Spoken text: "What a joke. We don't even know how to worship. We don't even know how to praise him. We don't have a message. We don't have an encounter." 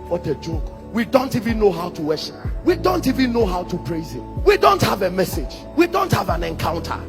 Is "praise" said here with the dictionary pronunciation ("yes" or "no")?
yes